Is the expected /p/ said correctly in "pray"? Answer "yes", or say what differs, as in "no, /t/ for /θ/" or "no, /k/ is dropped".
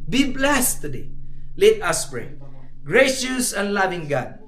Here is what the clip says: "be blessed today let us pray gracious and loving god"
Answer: no, /b/ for /p/